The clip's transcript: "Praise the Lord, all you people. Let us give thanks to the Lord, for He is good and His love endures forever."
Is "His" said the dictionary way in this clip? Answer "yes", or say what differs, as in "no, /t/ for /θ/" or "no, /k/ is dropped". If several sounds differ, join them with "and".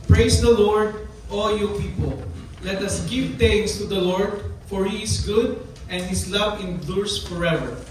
no, /s/ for /z/